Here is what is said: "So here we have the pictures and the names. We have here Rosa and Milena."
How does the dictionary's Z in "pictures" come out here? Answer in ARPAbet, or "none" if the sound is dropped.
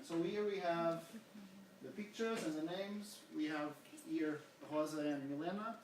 Z